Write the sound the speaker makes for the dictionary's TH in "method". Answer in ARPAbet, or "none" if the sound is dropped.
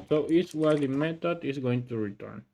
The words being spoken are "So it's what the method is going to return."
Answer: T